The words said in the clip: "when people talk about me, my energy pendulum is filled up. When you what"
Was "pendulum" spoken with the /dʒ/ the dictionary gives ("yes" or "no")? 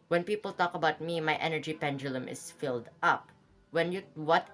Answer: yes